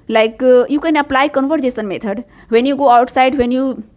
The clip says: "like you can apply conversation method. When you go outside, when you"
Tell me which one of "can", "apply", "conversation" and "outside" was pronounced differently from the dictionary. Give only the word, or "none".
conversation